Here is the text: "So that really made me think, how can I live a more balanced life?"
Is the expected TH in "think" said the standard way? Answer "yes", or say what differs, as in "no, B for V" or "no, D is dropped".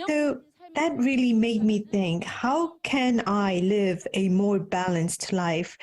yes